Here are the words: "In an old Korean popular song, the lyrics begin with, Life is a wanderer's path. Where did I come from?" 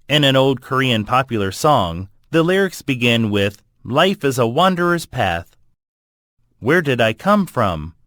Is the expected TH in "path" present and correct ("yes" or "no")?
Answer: yes